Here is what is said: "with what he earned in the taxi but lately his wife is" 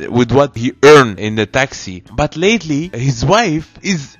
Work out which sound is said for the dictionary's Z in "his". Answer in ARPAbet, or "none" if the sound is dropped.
Z